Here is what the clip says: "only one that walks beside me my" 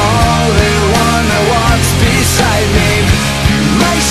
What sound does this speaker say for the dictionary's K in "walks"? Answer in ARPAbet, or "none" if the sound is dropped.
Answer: none